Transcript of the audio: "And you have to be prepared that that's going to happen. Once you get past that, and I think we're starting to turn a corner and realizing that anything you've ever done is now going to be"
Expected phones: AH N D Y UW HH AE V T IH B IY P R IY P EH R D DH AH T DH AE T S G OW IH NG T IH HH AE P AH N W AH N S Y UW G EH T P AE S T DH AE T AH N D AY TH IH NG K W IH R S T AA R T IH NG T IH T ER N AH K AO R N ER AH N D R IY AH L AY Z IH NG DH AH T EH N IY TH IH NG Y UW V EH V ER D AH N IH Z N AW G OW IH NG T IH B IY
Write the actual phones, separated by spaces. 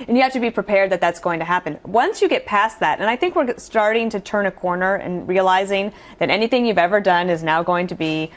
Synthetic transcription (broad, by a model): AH N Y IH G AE F T IH B IY P R IY P EH R D DH AH T DH AE T S G OW IH NG T IH HH AE P AH N W AH N S Y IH G EH T P AE S DH AE T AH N AY TH IH NG K W IH R S T AA R T IH NG T IH T ER N AH K AO R N ER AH N R IY AH L AY Z IH NG DH AH T EH N IY TH IH NG Y UW V EH V ER D AH N IH Z N AW G OW IH NG T IH B IY